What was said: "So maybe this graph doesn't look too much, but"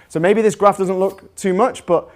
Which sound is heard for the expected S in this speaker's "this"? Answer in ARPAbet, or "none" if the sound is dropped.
S